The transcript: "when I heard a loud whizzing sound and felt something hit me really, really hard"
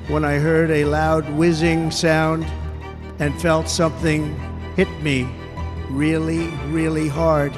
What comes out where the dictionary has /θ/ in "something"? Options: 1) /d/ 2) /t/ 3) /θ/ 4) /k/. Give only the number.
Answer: 3